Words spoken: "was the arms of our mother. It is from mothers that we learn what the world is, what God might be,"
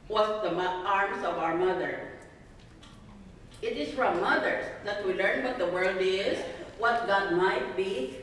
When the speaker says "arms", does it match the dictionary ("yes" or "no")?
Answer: no